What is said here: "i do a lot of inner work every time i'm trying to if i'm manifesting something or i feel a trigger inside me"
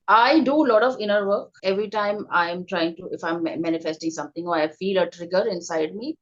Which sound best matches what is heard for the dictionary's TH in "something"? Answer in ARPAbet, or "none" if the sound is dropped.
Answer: T